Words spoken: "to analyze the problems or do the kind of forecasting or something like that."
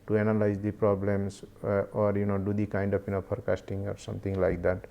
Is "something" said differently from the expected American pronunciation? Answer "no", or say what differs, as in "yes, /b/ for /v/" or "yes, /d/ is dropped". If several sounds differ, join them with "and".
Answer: yes, /t/ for /θ/